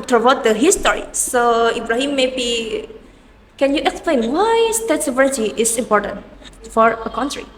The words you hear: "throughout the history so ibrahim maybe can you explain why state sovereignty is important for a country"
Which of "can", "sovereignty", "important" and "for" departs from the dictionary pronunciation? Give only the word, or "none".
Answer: sovereignty